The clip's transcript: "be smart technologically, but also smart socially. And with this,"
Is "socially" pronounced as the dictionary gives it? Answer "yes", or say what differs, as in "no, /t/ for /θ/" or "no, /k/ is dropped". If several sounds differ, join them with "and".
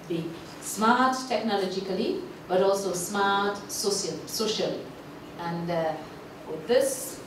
yes